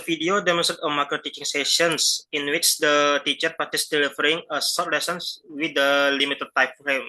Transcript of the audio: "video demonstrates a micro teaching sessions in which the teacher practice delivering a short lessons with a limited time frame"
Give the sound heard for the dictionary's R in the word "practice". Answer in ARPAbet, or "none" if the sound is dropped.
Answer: none